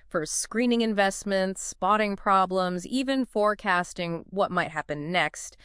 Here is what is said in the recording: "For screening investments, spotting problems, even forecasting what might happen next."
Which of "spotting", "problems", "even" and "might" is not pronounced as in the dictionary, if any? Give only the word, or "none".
none